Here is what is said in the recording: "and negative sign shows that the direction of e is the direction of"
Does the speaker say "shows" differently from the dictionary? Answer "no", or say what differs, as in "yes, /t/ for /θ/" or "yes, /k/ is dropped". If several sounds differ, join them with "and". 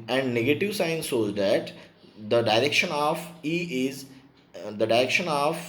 yes, /s/ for /ʃ/